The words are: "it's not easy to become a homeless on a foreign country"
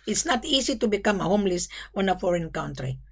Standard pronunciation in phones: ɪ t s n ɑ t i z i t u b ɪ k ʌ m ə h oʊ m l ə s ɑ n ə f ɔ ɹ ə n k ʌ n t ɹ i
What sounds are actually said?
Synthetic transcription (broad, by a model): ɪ t s n ɑ t i s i t u b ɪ k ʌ m ə h oʊ m l ə s ɑ n ə f ɔ ɹ ə n k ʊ n t ɹ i